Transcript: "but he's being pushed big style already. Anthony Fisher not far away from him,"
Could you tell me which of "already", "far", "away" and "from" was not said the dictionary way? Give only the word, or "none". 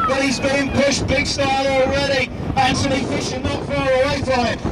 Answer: none